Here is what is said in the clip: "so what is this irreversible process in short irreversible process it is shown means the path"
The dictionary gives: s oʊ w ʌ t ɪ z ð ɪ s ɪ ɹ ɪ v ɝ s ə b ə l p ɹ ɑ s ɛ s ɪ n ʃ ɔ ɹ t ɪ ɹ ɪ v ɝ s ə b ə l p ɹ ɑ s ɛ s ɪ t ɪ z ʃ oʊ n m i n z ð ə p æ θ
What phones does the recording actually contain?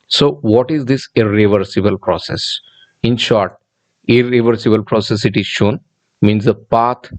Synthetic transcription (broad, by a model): s oʊ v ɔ t ɪ z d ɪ s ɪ ɹ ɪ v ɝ s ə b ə l p ɹ ɑ s ɛ s ɪ n ʃ ɔ ɹ t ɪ ɹ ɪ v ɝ s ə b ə l p ɹ ɑ s ɛ s ɪ t ɪ z ʃ oʊ n m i n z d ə p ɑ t